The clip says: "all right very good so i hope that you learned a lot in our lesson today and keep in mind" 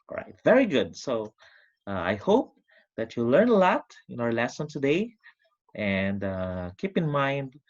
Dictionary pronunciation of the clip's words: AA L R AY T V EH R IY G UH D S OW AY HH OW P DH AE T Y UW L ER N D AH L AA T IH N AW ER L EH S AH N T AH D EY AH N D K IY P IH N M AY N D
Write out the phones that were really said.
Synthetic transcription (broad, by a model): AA R AY T V EH R IY G UH D S OW AY HH OW P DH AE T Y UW L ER N AH L AA T IH N AW ER L EH S AH N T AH D EY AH N D K IY P IH N M AY N D